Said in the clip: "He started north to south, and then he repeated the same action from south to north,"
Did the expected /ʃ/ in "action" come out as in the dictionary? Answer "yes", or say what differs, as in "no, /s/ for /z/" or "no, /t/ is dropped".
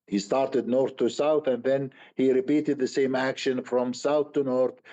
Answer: yes